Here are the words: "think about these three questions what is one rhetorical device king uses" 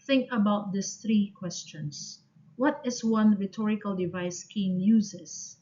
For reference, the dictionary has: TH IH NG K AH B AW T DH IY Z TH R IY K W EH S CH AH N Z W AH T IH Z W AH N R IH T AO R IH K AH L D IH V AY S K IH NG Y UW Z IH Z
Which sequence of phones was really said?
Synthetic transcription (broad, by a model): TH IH NG K AH B AW T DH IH S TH R IY K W EH S CH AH N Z W AH T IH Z W AH N R IH T AO R IH K AH L D IH V AY S K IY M Y UW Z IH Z